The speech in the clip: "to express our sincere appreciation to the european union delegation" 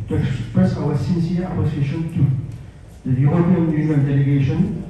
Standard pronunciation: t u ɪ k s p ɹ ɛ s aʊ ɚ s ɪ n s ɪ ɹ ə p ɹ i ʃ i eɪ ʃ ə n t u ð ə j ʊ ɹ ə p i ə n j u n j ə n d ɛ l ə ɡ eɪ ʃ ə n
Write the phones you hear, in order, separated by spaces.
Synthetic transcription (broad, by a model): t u ɪ k s p ɹ ɛ s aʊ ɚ s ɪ n s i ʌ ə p ɔ s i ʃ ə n t u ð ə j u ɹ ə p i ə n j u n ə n d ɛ l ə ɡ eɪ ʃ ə n